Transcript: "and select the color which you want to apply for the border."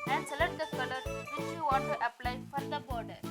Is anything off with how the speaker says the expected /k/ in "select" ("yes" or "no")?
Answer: yes